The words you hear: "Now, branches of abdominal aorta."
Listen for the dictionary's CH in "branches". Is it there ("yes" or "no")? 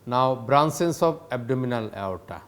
no